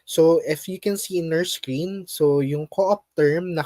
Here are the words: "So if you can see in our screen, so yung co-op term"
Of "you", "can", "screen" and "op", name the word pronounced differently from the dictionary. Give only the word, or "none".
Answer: none